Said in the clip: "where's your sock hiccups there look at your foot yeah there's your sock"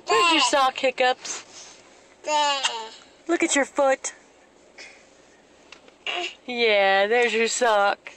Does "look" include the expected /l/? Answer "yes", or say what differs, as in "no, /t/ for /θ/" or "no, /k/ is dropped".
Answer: yes